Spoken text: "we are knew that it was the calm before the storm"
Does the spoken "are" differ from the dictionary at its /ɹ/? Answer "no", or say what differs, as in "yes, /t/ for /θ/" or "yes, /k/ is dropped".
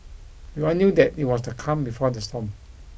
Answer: yes, /l/ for /ɹ/